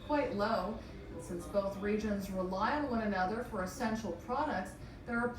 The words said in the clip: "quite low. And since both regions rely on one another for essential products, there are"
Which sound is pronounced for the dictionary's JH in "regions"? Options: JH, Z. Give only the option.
JH